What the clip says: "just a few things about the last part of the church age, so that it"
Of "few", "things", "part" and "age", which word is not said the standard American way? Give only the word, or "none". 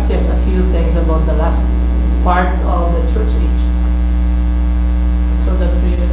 age